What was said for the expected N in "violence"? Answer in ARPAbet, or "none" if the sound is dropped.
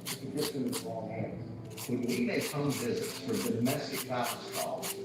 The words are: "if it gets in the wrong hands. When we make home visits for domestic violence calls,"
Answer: none